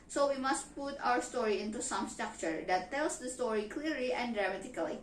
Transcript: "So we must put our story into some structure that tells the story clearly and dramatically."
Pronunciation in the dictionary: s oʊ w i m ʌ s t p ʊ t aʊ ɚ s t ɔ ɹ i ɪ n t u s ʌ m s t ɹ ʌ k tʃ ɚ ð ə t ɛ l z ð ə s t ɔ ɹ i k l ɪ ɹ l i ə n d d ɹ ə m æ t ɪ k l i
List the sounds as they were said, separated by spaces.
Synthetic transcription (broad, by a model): s oʊ w i m ʌ s t p ʊ t aʊ ɚ s t ɔ ɹ i ɪ n t u s ʌ m s t ɹ ʌ k tʃ ɚ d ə t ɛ l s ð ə s t ɔ ɹ i k l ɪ ɹ l i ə n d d ɹ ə m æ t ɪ k l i